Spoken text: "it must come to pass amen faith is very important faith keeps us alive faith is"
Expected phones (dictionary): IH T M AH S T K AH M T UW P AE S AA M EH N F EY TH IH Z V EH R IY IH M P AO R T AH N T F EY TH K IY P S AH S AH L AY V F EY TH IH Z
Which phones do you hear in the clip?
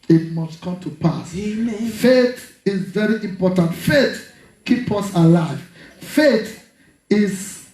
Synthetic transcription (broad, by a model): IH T M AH S T K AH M T UW P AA S F EY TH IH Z V EH R IY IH M P AO T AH N T F EY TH K IY P AH S AH L AY V F EY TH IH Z